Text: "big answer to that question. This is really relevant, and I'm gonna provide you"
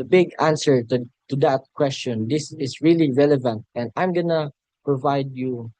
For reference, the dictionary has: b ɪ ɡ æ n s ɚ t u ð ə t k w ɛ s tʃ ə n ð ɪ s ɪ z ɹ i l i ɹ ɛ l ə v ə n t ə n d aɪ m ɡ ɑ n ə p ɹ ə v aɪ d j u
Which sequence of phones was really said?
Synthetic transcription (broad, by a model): b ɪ ɡ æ n s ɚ t u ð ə t k w ɛ s tʃ ə n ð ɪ s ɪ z ɹ i l i ɹ ɛ l ə v ə n t ə n d aɪ m ɡ ɑ n ə p ɹ ə v aɪ d j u